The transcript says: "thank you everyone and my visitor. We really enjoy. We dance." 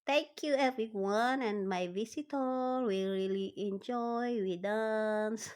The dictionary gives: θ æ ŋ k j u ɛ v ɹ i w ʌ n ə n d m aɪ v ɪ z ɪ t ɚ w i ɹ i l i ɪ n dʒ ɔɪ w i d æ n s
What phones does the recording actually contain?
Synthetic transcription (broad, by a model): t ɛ ŋ k j u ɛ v ɹ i w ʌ n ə n m aɪ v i s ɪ t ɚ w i ɹ i l i ɪ n dʒ ɔɪ w i d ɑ n s